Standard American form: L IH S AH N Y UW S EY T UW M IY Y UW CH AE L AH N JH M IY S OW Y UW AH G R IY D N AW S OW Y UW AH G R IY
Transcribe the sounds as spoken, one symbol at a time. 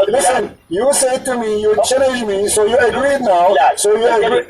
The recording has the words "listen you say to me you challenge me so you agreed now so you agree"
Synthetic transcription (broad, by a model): L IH S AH N Y UW S EY T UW M IY Y UW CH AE N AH JH M IY S OW Y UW AH G R IY D N AW S OW Y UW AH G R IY